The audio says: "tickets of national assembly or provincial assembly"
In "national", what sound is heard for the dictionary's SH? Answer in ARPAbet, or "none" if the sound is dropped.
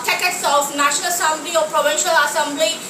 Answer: SH